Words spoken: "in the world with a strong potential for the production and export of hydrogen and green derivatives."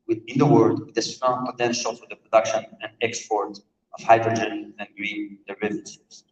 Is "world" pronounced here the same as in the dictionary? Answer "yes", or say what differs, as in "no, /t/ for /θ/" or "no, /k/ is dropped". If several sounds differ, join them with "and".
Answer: no, /l/ is dropped